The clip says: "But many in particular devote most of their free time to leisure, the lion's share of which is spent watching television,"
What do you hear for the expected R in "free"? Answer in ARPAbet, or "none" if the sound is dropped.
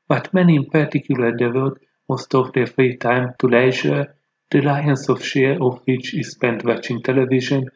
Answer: R